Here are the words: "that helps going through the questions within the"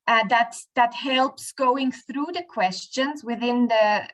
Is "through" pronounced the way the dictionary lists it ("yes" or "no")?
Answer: yes